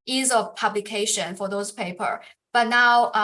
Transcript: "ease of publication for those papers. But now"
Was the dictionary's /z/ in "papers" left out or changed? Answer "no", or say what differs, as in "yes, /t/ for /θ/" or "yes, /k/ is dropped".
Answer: yes, /z/ is dropped